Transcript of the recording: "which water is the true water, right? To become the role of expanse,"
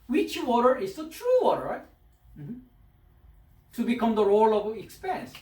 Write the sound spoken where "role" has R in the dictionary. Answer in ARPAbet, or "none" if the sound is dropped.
R